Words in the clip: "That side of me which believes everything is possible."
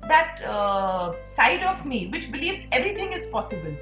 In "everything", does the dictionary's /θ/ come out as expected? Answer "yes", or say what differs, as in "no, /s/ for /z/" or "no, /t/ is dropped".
no, /t/ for /θ/